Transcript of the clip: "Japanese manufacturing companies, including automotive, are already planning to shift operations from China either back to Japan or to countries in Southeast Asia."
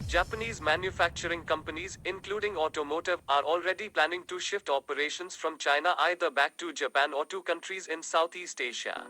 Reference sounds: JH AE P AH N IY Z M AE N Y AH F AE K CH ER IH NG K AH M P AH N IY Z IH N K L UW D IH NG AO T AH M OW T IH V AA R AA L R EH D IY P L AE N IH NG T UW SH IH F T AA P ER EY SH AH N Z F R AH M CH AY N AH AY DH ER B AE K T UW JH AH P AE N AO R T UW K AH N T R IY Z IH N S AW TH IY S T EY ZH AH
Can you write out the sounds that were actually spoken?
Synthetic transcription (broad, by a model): JH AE P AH N IY Z M AE N Y AH F AE K CH ER IH NG K AH M P AH N IY Z IH N K L UW D IH NG AO T AH M OW T IH V AA R AA L R EH D IY P L AE N IH NG T UW SH IH F T AA P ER EY SH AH N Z F R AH M CH AY N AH AY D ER B AE K T UW JH AH P AE N AO R T UW K AH N T R IY Z IH N S AW T IY S T EY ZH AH